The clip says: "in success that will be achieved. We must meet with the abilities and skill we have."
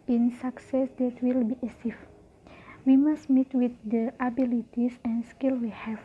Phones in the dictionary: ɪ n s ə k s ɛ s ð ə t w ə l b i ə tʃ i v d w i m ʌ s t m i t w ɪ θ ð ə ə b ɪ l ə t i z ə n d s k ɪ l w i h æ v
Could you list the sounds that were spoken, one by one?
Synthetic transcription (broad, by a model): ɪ n s ə k s ɛ s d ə t w ə l b i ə s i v w i m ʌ s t m i t w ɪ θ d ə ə b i l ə t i s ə n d s k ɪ l w i h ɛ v